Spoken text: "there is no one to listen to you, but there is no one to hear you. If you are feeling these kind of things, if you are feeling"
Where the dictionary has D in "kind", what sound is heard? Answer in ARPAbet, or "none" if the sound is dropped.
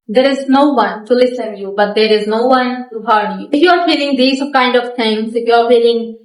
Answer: D